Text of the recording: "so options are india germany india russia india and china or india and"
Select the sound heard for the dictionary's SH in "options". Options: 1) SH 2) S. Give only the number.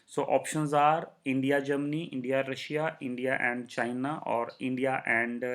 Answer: 1